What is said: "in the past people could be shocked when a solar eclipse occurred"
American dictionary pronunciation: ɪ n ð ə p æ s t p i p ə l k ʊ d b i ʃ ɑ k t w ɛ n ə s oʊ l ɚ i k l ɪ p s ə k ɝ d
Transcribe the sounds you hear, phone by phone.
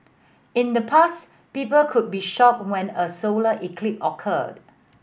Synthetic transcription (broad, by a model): ɪ n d ə p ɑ s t p i p ə l k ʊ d b i ʃ ɑ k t w ɛ n ə s oʊ l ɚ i k l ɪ p ə k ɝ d